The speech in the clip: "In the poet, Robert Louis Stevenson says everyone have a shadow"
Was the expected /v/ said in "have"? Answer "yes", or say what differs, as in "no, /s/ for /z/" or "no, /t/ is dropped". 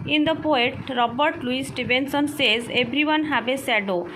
no, /b/ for /v/